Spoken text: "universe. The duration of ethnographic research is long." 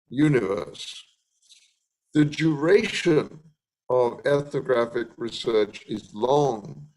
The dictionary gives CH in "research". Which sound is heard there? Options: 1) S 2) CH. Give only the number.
2